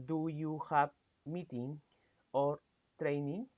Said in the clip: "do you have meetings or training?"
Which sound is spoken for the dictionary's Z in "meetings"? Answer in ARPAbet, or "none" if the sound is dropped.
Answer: none